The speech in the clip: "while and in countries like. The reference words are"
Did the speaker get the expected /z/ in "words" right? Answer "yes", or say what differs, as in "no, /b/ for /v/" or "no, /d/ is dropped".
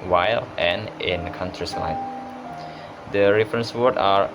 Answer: no, /z/ is dropped